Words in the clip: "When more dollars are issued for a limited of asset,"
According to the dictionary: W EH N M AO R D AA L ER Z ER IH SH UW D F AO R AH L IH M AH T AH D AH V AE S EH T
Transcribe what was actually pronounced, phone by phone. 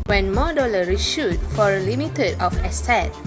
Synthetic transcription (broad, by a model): W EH N M AO D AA L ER IY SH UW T F AO R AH L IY M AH T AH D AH F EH S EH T